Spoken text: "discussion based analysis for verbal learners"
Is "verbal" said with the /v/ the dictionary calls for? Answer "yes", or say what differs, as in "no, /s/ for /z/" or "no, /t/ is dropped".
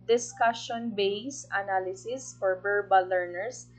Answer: no, /b/ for /v/